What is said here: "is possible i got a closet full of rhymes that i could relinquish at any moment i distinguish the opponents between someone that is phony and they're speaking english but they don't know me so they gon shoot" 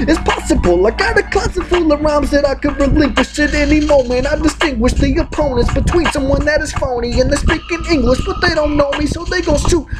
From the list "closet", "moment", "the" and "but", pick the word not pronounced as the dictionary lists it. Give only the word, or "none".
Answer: closet